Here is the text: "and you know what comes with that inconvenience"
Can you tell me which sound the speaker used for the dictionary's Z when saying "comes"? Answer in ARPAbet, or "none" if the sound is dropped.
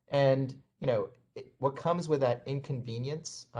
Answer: Z